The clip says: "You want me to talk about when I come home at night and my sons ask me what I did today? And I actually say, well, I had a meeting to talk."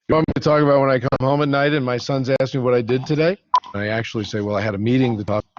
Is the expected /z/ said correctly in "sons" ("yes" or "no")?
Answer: yes